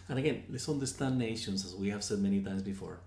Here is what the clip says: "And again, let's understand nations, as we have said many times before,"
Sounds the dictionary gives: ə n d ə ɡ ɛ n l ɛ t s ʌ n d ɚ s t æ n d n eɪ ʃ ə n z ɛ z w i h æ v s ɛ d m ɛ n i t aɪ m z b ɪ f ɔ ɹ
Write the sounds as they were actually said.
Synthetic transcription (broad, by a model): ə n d ə ɡ ɛ n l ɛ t s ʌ n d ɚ s t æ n n eɪ ʃ ə n z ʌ z w i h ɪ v s ɛ d m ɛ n i t aɪ m z b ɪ f ɔ ɹ